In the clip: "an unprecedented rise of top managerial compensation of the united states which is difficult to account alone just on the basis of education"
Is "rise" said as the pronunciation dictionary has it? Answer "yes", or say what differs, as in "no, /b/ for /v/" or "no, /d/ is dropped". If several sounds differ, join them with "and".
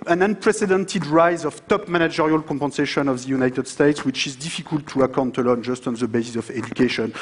yes